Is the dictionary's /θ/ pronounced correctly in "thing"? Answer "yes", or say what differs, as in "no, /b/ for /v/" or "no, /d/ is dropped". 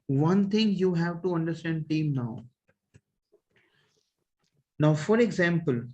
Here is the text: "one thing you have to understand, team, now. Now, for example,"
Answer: no, /t/ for /θ/